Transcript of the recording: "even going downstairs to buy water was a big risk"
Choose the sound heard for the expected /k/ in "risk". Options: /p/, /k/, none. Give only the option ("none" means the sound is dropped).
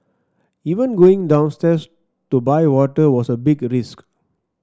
/k/